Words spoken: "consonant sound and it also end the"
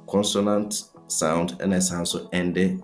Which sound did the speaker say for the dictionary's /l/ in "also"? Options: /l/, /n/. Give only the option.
/n/